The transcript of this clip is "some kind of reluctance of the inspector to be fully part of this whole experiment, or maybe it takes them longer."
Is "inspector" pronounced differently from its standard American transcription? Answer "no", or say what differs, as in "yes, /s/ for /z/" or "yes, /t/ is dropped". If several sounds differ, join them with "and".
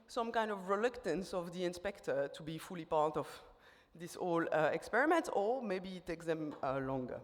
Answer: no